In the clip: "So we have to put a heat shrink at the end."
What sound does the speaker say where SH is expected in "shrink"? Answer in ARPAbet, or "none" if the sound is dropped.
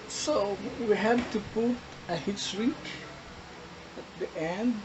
S